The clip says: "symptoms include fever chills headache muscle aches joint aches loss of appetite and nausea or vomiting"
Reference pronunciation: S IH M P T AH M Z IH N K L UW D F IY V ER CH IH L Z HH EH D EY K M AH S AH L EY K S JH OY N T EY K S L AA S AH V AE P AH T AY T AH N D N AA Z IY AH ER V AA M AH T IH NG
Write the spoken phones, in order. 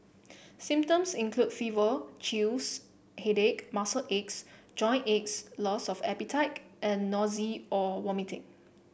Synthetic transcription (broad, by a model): S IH M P T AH M S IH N K L UW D F IY V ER CH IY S HH EH D EY K M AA S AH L EY K S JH OY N EY K S L AA S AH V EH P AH T AY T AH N N AA Z IY AH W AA M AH T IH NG